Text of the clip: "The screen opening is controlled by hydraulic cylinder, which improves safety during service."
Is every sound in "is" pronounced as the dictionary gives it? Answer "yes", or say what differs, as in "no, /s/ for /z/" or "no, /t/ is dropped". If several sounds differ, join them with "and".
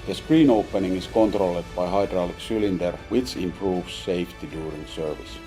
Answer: no, /s/ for /z/